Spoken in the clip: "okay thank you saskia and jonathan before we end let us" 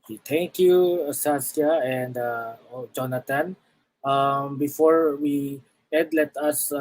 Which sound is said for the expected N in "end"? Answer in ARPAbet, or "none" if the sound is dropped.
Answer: none